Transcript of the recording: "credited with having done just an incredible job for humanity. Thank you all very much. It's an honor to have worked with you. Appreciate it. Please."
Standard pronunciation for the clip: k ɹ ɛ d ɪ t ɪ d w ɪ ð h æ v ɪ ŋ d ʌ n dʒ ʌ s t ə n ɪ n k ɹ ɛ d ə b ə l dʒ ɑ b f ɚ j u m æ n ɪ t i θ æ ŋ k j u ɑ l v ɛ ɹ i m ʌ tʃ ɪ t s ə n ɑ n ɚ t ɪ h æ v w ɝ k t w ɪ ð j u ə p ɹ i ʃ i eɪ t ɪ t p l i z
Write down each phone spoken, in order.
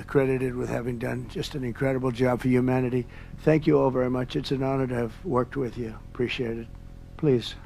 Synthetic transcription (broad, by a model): k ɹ ɛ d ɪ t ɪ d w ɪ ð h æ v ɪ ŋ d ʌ n dʒ ʌ s t ə n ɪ n k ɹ ɛ d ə b l dʒ ɑ b f ɚ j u m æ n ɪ t i θ æ ŋ k j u ɑ l v ɛ ɹ i m ʌ tʃ ɪ t s ə n ɑ n ɚ t ɪ v w ɝ k t w ɪ ð j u ə p ɹ i ʃ i eɪ t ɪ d p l i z